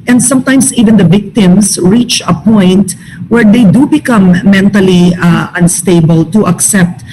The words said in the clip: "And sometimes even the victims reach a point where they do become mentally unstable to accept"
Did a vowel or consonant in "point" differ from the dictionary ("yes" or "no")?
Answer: no